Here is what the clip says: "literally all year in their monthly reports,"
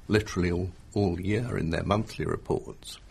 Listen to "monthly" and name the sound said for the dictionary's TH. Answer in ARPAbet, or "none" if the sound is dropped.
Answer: TH